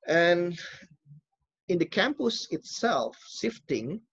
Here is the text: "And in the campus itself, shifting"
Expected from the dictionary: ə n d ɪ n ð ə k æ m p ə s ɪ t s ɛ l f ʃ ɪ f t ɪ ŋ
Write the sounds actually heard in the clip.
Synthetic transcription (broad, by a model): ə n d ɪ n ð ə k æ m p ə s ɪ t s ɛ l f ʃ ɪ f t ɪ ŋ